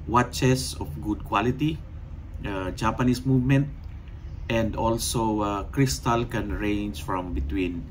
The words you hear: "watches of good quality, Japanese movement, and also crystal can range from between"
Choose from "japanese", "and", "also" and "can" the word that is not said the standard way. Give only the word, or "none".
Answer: japanese